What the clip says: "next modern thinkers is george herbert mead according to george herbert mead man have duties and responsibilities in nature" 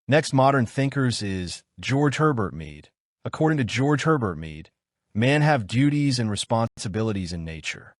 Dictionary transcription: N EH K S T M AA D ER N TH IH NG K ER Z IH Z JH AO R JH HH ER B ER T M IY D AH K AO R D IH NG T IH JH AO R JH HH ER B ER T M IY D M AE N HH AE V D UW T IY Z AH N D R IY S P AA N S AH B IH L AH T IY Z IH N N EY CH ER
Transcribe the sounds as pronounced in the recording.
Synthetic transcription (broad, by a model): N EH K S T M AA D ER N TH IH NG K ER Z IH Z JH AO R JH HH ER B ER T M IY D AH K AO R D IH NG T IH JH AO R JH HH ER B ER T M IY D M AE N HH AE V D UW T IY Z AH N R IY S P AA N S AH B IH L AH T IY Z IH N N EY CH ER